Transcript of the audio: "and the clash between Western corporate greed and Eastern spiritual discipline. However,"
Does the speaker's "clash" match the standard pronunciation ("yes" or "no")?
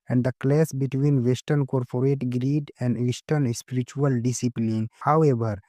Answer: no